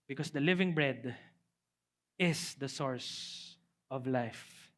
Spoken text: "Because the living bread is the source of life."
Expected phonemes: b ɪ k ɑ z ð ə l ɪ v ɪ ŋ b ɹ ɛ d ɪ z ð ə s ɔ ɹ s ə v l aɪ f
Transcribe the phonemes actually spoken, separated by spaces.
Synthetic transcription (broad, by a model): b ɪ k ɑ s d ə l ɪ v ɪ ŋ b ɹ ɛ d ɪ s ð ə s ɔ ɹ s ə v l aɪ f